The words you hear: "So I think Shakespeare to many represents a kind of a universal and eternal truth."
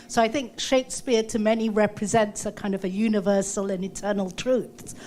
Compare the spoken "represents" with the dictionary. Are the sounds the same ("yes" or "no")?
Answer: yes